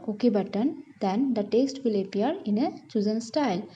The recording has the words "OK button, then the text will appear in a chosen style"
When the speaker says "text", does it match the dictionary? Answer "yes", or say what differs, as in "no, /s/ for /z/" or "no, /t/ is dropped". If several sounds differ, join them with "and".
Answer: no, /k/ is dropped